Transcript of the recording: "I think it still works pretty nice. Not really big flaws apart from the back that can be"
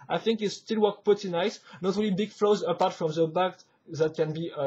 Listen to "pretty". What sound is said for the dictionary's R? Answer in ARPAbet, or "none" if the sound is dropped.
none